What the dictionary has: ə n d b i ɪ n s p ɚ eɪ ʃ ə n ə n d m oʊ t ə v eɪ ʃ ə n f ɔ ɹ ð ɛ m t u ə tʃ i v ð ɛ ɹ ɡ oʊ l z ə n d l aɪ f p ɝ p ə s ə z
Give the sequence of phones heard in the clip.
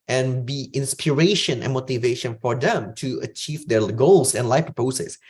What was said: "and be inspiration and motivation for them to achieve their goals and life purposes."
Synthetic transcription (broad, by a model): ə n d b i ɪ n s p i eɪ ʃ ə n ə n m oʊ t ə v eɪ ʃ ə n f ɔ ɹ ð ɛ m t u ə tʃ i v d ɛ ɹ ɡ oʊ l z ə n l aɪ f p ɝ p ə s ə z